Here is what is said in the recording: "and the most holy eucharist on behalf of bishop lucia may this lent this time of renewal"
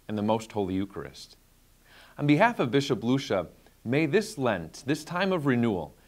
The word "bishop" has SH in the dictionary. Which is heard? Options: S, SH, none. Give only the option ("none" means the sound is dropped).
SH